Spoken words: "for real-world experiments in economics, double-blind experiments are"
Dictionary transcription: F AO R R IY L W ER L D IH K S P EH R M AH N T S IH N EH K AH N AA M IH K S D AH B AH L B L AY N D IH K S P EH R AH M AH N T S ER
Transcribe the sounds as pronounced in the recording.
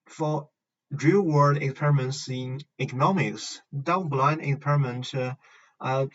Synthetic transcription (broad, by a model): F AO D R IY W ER D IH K S P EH R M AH N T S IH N EH K AH N AA M IH K S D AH AH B L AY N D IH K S P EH R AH M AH N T ER